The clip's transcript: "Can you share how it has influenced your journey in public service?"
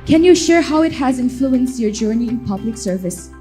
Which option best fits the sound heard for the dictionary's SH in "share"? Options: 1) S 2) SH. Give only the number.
2